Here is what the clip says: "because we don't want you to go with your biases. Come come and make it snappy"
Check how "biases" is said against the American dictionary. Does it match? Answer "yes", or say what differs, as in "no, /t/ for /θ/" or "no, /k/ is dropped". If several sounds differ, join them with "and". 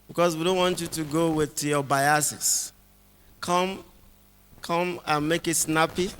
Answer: no, /s/ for /z/